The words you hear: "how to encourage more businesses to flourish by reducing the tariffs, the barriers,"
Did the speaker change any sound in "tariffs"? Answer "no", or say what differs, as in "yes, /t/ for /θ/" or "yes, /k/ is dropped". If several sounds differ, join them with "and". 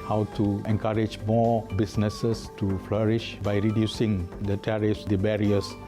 no